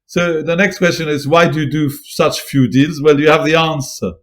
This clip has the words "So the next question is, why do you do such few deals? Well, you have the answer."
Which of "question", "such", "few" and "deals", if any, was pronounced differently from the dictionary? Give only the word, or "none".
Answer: none